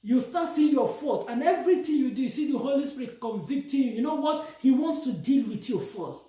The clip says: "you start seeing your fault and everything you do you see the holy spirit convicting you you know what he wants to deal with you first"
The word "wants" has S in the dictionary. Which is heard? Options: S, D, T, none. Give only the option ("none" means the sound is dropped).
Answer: S